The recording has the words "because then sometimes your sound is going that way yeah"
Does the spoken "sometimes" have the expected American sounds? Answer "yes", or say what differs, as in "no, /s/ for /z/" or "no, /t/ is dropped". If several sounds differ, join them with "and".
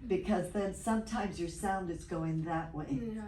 yes